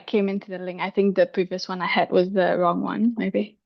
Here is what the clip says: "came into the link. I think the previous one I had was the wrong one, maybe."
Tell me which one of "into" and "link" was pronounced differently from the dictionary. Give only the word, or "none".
link